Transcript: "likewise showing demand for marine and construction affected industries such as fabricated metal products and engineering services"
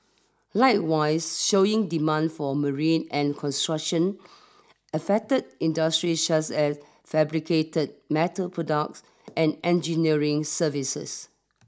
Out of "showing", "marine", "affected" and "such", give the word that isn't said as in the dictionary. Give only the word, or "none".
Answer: such